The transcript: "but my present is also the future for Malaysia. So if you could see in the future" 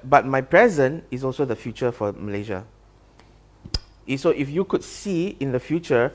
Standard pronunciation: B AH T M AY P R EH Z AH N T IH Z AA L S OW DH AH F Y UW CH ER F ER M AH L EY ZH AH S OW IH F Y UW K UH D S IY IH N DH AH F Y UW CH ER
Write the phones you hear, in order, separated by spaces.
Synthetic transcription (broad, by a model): B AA T M AY P R EH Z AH N IH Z AA L S OW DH AH F Y UW CH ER F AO M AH L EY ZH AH S OW IH F Y UW K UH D S IY IH N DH AH F Y UW CH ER